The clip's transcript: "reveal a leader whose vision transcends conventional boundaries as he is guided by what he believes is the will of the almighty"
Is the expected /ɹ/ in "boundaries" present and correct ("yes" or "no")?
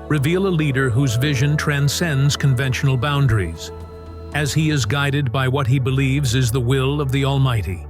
yes